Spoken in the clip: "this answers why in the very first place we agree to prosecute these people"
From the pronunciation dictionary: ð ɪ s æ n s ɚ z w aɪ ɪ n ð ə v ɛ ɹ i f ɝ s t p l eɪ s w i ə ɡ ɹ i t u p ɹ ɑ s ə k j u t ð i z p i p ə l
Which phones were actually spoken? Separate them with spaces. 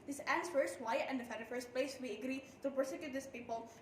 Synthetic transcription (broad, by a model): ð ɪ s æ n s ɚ s w aɪ ɪ n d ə f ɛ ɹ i f ɝ s t p l eɪ s w i ə ɡ ɹ i t u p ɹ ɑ s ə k j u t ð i s p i p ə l